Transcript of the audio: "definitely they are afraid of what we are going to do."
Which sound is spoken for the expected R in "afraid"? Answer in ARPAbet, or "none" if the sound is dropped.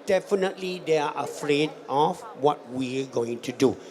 R